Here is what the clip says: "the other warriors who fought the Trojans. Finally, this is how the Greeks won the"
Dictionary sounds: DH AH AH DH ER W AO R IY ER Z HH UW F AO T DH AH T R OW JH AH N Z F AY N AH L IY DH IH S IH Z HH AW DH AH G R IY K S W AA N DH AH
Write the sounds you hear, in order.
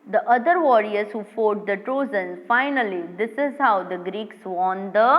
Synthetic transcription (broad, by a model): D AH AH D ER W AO R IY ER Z HH UW F AO T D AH T R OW Z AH N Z F AY N AH L IY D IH S IH Z HH AW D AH G R IY K S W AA N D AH